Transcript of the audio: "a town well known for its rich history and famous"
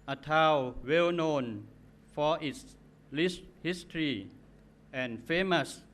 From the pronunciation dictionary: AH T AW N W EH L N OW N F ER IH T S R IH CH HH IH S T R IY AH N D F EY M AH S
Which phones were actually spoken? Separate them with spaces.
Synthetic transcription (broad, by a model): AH T AW W EH L N OW N F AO IH T S L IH S HH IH S T R IY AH N F EY M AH S